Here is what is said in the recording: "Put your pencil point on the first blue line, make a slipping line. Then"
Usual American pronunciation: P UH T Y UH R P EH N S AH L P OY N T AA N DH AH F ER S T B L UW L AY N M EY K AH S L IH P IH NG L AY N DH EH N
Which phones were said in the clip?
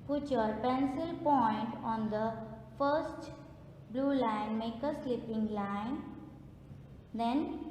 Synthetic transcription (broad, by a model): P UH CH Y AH R P EH N S AH L P OY N T AA N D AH F ER S T B L UW L AY N M EY K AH S L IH P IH NG L AY N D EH N